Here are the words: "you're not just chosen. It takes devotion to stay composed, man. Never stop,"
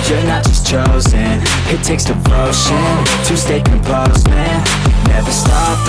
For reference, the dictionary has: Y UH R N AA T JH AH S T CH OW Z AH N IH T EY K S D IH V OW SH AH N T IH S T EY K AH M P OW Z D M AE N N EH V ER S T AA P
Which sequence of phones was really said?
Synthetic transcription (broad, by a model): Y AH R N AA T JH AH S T CH OW Z AH N IH T EY K S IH B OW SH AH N T IH S T EY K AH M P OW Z M AE N N EH V ER S T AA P